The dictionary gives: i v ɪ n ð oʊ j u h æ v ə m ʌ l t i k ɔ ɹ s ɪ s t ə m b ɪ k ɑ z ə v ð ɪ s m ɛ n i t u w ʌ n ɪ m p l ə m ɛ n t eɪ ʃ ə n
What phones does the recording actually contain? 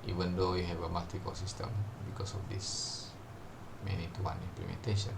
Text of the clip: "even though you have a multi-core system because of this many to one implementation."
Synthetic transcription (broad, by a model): i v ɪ n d oʊ j u h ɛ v ə m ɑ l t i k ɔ l s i s t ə m b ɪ k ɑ s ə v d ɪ s m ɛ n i t u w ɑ n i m p l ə m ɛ n t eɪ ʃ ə n